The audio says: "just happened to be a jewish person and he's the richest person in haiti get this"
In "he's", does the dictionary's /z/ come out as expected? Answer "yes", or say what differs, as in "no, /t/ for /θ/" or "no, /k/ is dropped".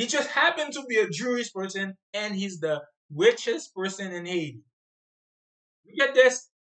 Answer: yes